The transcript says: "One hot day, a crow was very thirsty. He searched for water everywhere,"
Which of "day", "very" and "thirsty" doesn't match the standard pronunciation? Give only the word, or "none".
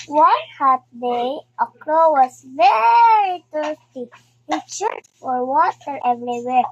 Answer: thirsty